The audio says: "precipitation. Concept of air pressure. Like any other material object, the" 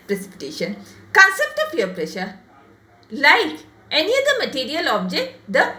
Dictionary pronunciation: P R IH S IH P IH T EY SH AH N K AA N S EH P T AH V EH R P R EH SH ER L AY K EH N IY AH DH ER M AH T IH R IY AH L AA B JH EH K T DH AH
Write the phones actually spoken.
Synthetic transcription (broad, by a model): P R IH S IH P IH T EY SH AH N K AA N S EH P T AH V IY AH P R EH SH ER L AY K EH N IY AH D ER M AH T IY R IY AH L AA B JH EH K T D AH